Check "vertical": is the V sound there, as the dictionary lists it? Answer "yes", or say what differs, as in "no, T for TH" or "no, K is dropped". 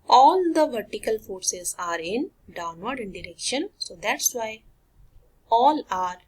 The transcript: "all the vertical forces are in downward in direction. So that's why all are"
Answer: yes